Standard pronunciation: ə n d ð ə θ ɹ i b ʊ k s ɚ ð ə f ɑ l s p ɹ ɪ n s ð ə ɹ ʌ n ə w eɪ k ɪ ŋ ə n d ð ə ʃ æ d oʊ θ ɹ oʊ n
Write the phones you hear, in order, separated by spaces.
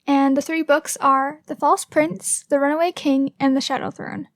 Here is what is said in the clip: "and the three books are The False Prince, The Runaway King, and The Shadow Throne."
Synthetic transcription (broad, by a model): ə n ð ə θ ɹ i b ʊ k s ɚ ð ə f ɑ l s p ɹ ɪ n s ð ə ɹ ʌ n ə w eɪ k ɪ ŋ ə n ð ə ʃ æ d oʊ θ ɹ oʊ n